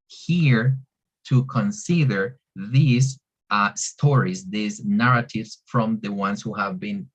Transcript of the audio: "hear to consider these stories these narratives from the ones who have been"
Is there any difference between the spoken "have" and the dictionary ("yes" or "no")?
no